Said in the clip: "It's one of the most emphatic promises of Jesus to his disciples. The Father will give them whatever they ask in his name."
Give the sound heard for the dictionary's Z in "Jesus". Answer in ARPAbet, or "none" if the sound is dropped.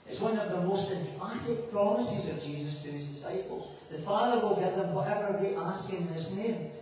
Z